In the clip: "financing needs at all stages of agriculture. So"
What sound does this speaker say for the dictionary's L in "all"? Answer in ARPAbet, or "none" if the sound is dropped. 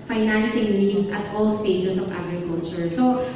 L